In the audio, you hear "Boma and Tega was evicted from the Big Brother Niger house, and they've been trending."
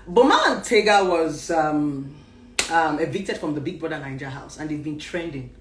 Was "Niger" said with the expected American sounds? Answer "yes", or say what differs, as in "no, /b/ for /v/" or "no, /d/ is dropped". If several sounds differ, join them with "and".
no, /l/ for /n/